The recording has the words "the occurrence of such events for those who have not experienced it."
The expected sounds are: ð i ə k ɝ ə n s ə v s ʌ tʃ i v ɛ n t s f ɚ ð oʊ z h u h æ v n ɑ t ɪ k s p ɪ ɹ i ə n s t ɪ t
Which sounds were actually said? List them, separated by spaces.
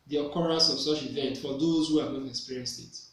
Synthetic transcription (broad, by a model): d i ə k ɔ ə s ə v s ʌ tʃ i v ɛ n t f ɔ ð oʊ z h u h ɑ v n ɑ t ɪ k s p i ɹ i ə n s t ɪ t